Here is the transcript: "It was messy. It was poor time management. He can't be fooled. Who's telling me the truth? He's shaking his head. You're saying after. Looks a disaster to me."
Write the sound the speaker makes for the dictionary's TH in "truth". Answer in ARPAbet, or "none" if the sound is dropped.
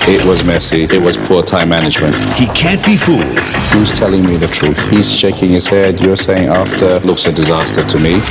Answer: TH